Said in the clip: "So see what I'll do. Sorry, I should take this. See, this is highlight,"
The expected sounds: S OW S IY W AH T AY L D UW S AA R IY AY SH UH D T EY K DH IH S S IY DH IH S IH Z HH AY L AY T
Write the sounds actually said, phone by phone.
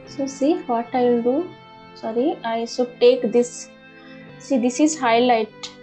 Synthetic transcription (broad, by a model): S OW S IY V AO T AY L D UW S AA R IY AY S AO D T EY K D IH S S IY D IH S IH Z HH AY L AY T